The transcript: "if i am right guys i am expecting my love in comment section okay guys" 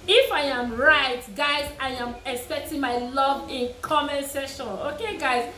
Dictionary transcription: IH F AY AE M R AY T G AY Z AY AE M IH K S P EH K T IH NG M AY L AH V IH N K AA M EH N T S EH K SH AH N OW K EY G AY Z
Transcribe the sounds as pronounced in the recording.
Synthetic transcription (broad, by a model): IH F AY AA M R AY T G AY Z AY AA M IH K S P EH K T IH NG M AY L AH V IH N K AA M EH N S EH SH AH N OW K EY G AY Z